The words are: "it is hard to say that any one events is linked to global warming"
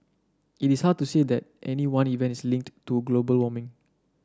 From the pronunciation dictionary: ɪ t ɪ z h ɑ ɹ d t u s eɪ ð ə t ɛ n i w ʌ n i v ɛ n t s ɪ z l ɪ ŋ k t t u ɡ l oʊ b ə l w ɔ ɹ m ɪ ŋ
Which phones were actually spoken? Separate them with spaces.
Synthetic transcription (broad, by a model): ɪ t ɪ s h ɑ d t u s eɪ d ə t ɛ n i w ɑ n i v ɛ n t ɪ s l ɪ ŋ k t t u ɡ l oʊ b ə l w ɔ m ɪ ŋ